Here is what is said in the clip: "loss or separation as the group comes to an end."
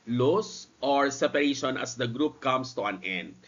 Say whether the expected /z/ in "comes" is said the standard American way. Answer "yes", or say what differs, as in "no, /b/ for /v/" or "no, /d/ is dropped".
no, /s/ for /z/